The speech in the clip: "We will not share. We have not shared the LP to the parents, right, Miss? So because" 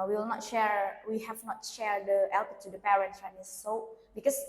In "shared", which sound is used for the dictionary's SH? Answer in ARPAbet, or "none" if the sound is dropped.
SH